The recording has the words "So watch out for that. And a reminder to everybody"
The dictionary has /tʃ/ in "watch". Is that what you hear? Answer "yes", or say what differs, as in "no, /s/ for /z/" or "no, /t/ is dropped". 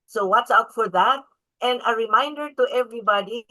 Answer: no, /s/ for /tʃ/